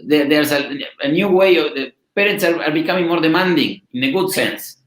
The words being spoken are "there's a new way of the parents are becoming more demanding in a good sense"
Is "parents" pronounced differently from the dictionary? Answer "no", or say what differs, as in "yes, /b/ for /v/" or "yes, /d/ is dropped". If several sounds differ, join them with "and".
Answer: yes, /n/ is dropped